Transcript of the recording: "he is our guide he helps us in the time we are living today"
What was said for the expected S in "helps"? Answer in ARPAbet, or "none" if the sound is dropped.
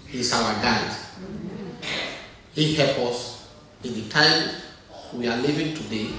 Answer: none